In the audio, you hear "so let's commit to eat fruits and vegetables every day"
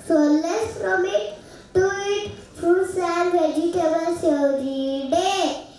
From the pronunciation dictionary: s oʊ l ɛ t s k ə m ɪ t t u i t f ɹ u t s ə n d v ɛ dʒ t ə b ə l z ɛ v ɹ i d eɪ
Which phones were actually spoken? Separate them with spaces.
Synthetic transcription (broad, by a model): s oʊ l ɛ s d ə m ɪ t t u i t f u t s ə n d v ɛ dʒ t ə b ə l s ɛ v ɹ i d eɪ